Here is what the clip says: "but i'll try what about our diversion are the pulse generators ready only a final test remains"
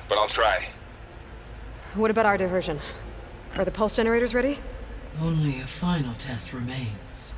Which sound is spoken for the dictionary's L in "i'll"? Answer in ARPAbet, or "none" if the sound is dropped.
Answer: L